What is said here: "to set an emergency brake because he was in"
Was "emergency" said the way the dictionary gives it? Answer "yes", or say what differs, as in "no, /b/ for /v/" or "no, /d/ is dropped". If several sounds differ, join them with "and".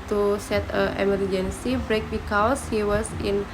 yes